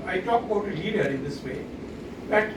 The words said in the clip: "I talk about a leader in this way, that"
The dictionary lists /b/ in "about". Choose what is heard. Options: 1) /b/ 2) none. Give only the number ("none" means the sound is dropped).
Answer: 2